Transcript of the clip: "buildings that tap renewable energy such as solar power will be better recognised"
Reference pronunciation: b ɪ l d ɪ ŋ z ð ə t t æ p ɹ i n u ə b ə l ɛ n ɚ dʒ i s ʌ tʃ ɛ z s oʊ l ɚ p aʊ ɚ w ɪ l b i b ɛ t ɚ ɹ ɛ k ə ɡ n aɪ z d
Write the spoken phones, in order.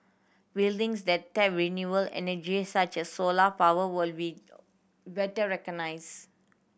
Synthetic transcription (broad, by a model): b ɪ l d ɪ ŋ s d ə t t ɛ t ɹ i n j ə ə l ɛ n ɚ dʒ i s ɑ tʃ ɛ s oʊ l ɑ p aʊ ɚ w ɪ l b i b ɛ t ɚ ɹ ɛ k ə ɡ n aɪ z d